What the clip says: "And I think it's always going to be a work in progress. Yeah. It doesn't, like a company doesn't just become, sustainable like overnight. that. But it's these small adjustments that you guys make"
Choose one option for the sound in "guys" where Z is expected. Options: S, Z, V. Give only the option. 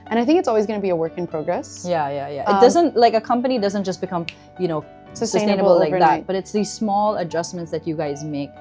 Z